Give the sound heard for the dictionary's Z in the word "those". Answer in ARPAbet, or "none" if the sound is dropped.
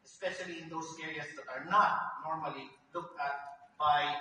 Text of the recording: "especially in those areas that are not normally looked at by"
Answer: S